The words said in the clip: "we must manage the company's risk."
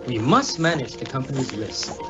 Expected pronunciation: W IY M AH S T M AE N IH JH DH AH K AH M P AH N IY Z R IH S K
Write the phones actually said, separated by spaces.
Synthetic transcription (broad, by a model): W IY M AH S T M AE N IH JH DH AH K AH M P AH N IY Z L IH S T